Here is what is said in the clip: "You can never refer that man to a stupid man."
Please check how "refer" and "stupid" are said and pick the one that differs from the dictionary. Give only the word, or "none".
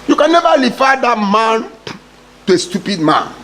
refer